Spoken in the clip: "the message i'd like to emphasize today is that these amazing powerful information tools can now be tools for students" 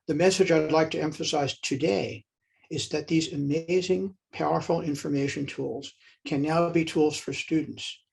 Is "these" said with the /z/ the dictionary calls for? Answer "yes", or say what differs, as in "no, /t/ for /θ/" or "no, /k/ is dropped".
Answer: yes